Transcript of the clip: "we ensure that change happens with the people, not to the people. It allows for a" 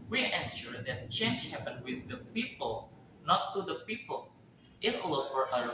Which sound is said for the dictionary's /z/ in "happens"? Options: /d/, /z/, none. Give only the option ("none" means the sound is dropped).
none